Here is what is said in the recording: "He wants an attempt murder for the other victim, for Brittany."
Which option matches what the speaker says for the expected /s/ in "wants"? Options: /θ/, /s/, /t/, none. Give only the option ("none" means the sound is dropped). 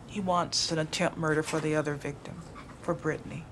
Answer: /s/